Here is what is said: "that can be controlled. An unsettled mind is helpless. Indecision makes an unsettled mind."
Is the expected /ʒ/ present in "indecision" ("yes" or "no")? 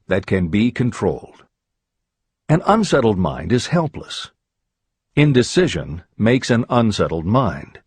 yes